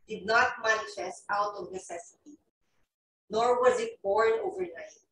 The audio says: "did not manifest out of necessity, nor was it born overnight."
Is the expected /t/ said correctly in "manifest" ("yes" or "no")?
no